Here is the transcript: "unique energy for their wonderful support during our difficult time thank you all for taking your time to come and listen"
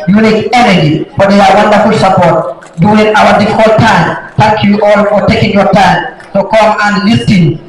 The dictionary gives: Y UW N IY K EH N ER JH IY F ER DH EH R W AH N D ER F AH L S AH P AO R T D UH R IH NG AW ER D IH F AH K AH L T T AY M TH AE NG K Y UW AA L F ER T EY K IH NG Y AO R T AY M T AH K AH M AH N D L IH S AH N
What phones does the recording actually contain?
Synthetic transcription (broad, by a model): Y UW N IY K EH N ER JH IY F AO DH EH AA W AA N D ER F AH L S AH P AO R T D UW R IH NG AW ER D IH F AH K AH L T T AY M T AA K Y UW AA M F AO T EY K IH NG Y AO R T AY M S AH K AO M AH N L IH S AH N